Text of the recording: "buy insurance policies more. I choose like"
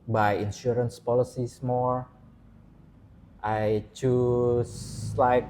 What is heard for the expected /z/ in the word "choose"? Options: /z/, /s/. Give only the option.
/s/